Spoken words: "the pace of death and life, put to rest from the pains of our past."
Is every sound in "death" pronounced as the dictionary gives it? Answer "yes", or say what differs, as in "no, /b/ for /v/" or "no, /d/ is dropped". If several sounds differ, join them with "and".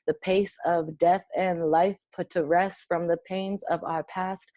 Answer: yes